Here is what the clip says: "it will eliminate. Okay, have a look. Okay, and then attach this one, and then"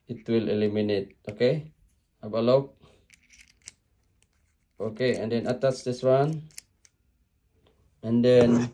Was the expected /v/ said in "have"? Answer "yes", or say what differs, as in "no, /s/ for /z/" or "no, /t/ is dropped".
no, /b/ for /v/